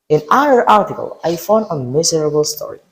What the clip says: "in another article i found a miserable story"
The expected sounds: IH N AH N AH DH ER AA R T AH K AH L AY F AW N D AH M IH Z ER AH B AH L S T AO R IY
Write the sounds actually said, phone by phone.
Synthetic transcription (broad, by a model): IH N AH AH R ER AA R T AH K AH L AY F AW N D AH M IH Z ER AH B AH L S T AO R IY